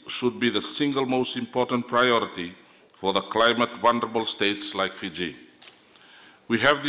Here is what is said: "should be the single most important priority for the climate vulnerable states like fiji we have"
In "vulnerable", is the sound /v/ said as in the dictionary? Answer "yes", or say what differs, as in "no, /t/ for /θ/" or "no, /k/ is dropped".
no, /w/ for /v/